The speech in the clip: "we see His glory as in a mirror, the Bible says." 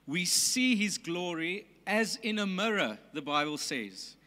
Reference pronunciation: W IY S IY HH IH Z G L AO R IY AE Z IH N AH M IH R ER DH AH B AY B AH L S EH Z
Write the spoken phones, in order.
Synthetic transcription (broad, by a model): W IY S IY HH IH Z G L AO R IY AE Z IH N AH M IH R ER DH AH B AY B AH L S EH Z